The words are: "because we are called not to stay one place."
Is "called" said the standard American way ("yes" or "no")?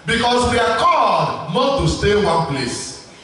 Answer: no